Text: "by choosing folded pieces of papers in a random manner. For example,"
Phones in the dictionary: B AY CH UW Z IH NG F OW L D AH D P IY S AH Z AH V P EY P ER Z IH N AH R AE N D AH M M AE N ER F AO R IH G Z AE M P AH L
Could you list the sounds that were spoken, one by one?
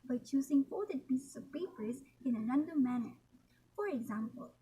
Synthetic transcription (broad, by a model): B AY CH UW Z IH NG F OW D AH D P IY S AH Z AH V P EY P ER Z IH N AH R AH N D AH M M AE N ER F AO R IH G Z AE M P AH L